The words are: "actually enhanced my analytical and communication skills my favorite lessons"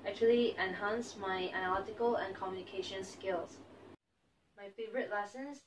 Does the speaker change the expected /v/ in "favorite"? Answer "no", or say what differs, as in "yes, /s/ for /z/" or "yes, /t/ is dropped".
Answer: no